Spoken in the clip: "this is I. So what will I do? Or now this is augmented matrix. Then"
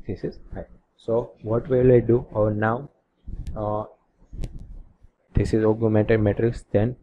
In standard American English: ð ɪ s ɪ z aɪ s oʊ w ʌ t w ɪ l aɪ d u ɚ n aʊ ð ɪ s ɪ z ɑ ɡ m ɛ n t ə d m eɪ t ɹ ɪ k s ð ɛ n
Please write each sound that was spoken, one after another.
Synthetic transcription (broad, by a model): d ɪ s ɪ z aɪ s oʊ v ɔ t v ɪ l aɪ d u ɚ n aʊ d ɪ s ɪ z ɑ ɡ m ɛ t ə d m eɪ t ɹ ɪ k s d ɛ n